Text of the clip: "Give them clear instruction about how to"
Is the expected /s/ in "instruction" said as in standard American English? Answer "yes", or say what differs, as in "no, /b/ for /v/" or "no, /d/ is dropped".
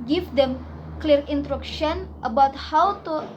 no, /s/ is dropped